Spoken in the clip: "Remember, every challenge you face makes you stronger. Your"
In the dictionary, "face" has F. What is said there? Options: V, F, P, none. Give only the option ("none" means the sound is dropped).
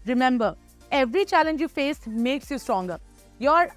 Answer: F